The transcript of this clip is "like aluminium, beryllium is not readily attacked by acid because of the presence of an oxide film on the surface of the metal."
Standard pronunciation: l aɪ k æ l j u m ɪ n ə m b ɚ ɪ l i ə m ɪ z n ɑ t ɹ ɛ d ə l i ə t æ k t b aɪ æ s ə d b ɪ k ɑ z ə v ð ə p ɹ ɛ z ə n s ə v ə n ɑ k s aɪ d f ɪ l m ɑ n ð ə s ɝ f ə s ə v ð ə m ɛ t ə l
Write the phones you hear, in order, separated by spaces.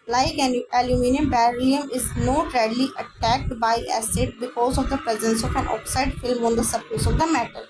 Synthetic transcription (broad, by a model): l aɪ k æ l j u m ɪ n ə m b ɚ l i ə m ɪ z n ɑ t ɹ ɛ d l i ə t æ k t b aɪ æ s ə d b ɪ k ɑ z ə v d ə p ɹ ɛ z ə n s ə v ə n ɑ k s aɪ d f ɪ l m ɑ n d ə s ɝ p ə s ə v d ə m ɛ t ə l